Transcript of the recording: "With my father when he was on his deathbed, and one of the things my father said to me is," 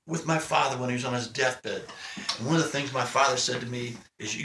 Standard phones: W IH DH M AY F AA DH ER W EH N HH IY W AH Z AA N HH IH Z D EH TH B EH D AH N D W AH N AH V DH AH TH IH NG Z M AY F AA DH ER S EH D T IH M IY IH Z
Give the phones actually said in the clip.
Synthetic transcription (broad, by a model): W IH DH M AY F AA DH ER W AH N HH IY W AH Z N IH Z D EH TH B EH D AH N W AH N AH V DH AH TH IH NG Z M AY F AA DH ER S EH D T IH M IY IH Z